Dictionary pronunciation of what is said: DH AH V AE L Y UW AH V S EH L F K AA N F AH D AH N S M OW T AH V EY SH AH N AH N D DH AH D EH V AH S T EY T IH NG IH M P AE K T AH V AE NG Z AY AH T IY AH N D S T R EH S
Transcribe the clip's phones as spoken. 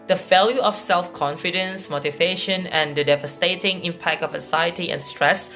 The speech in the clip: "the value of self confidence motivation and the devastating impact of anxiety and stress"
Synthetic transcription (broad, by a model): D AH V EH L Y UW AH F S EH L F K AA N F AH D AH N S M OW T AH V EY SH AH N AH N D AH D EH V AH S T EY T IH NG IH M P AE K T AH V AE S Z AY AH T IY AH N S T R EH S